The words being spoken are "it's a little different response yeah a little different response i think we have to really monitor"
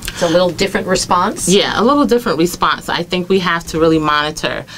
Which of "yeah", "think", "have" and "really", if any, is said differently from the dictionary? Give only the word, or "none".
have